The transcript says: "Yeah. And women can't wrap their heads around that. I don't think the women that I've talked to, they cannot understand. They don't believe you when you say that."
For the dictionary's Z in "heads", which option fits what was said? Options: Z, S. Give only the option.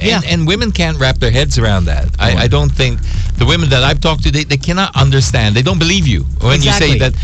Z